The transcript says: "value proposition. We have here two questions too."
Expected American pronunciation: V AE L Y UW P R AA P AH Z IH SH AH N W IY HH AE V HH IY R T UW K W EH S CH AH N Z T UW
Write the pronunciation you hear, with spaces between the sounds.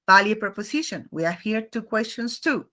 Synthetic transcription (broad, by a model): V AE L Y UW P R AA P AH S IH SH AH N W IY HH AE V HH IY R T UW K W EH S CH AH N S T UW